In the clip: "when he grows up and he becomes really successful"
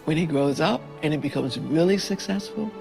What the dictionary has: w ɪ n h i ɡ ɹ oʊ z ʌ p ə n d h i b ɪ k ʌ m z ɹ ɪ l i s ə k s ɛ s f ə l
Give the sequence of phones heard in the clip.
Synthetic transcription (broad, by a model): w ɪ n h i ɡ ɹ oʊ z ʌ p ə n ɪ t b ɪ k ʌ m z ɹ ɪ l i s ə k s ɛ s f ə l